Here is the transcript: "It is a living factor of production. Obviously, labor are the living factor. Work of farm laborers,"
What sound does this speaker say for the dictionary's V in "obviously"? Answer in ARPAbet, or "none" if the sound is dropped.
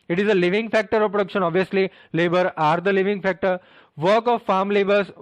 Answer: V